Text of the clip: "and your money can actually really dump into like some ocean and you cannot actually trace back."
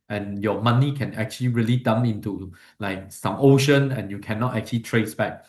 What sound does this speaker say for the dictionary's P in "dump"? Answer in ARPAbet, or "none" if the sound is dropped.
none